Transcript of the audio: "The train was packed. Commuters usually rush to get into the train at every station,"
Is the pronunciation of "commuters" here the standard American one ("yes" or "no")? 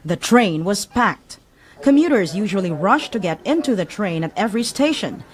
yes